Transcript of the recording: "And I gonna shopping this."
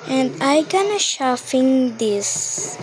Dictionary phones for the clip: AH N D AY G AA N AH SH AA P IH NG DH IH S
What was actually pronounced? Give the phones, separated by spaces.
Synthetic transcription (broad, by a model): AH N D AY G AA N AH SH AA F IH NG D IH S